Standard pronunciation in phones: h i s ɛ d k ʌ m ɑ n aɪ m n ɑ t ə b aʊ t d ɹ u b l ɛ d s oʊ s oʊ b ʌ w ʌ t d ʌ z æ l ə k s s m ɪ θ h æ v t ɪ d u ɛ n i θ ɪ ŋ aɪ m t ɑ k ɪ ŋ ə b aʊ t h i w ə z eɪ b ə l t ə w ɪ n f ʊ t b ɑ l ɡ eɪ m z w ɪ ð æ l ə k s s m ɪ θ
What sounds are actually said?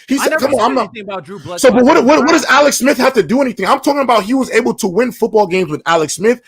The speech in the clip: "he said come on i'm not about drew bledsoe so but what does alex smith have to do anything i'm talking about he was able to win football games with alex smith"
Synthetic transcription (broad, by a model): h i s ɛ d k ʌ m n aɪ m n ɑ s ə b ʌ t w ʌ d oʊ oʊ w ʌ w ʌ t d ʌ z æ l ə k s s m ɪ θ h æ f t ɪ d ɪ ɛ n i θ ɪ ŋ aɪ m t ɑ k ɪ ŋ ə b aʊ t h i w ə z eɪ b l t ə w ɪ n f ʊ t b ɑ l ɡ eɪ m z w ɪ ð æ l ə k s s m ɪ θ